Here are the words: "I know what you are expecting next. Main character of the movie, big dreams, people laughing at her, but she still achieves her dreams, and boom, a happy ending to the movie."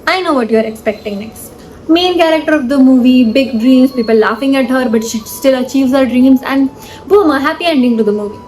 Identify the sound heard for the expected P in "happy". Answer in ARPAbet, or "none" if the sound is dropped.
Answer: P